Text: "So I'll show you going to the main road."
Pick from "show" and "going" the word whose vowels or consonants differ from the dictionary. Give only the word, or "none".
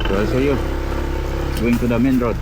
show